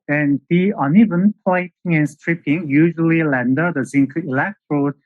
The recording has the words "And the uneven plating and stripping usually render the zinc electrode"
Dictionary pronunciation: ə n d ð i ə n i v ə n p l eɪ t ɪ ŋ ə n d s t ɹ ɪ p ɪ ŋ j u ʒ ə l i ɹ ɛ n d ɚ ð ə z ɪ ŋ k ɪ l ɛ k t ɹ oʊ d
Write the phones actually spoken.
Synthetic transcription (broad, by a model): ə n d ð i ə n i v ə n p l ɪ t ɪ ŋ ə n s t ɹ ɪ p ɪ ŋ j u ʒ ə l i l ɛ n d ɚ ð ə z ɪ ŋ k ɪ l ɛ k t ɹ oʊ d